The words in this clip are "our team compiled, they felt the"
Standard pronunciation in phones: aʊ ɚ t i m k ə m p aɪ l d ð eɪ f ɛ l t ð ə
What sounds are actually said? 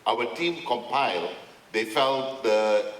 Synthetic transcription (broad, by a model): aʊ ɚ t i m k ə m p aɪ l d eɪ f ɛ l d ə